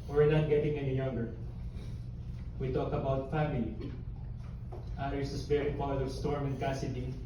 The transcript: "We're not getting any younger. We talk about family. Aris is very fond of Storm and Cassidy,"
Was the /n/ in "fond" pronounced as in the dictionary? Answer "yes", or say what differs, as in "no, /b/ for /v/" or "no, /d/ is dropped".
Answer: no, /n/ is dropped